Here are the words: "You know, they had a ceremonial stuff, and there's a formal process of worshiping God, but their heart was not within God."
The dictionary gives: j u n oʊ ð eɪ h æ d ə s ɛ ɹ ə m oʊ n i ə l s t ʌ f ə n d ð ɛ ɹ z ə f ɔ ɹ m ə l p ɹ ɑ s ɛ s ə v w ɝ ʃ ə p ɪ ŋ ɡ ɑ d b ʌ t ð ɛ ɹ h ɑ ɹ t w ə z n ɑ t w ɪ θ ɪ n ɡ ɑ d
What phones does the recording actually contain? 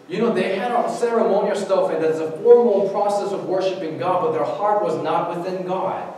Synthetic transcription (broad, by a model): j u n oʊ ð eɪ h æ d ə s ɛ ɹ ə m oʊ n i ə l s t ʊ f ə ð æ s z ə f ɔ ɹ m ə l p ɹ ɑ s ɛ s ə v w ɝ ʃ ə p ɪ ŋ ɡ ɑ d b ʌ t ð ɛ ɹ h ɑ ɹ t w ə z n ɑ t w ɪ θ ɪ n ɡ ɑ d